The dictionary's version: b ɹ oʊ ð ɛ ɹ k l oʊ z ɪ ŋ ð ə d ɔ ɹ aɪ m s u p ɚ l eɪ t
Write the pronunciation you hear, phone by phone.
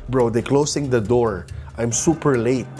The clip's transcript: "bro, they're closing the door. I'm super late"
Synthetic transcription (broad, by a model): b ɹ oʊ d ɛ k l oʊ s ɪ ŋ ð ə d ɔ ɹ aɪ m s u p ɚ l eɪ t